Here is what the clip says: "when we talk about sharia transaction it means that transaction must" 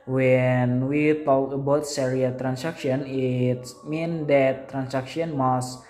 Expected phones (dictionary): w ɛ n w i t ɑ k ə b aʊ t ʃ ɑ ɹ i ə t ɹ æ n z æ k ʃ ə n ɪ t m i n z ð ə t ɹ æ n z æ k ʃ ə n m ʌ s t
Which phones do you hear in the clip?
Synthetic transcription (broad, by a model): w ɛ n w i t ɑ k ə b aʊ t s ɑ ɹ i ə t ɹ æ n s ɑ k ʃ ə n ɪ t m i n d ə t ɹ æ n s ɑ k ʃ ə n m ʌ s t